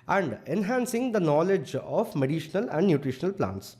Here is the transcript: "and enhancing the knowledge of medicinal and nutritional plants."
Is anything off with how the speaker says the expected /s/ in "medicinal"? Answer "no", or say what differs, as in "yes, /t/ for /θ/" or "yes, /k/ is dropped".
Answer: yes, /ʃ/ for /s/